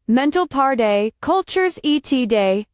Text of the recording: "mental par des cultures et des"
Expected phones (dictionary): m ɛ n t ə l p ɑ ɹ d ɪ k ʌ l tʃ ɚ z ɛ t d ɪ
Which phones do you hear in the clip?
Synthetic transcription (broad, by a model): m ɛ n t l p ɑ ɹ d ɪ k ʌ l tʃ ɚ z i t d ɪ